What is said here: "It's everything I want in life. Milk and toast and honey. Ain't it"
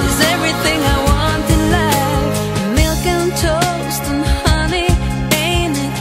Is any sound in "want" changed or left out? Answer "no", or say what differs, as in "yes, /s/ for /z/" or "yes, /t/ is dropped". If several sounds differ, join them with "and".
no